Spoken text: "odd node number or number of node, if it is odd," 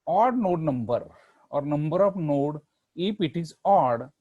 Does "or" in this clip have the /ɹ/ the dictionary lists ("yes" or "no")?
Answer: yes